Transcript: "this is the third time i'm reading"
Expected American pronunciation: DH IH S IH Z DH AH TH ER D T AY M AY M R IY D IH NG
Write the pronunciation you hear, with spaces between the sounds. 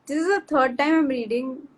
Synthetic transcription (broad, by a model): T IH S IH Z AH T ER D T AY M AY M R IY D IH NG